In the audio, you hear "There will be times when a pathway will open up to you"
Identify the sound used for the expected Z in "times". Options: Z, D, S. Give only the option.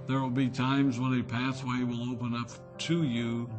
Z